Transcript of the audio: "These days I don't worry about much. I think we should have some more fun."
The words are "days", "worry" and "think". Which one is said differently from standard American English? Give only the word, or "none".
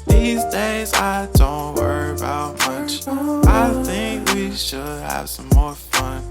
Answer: none